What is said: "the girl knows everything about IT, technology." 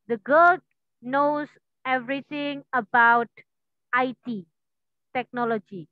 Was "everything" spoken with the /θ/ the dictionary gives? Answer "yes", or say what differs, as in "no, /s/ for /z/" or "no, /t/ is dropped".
no, /t/ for /θ/